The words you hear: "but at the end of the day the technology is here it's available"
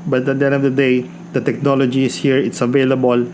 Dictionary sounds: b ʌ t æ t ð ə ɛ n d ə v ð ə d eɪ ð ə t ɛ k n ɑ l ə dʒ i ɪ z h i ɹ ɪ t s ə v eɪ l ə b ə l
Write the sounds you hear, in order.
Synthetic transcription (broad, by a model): b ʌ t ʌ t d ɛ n ə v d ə d eɪ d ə t ɛ k n ɑ l ə dʒ i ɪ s h i ɹ ɪ t s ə v eɪ l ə b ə l